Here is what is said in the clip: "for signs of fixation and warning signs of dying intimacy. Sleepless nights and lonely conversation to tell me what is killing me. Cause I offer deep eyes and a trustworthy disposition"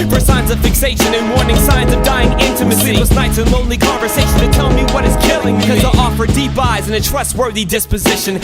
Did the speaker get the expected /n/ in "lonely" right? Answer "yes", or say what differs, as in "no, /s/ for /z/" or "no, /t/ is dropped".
yes